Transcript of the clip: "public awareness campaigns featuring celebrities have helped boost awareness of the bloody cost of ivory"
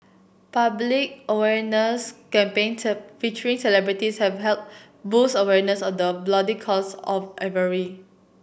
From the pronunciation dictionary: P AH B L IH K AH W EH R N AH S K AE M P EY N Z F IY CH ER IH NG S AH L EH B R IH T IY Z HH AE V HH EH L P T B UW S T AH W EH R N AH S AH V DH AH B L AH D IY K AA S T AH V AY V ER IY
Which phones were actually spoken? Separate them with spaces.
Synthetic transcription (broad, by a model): P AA B L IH K AH W EH R N AH S K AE M P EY N F IY CH ER IH NG S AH L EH B R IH T IY S HH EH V HH EH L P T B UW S AH W EH R N AH S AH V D AH B L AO D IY K AA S AH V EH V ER IY